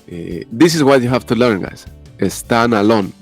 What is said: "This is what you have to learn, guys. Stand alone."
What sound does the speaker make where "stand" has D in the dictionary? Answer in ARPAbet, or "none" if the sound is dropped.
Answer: none